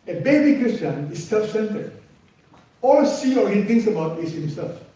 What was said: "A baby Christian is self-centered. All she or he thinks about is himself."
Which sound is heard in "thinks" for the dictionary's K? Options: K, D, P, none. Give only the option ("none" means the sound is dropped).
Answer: none